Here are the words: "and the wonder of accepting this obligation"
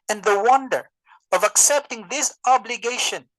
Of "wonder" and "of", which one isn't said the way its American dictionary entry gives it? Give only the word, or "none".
none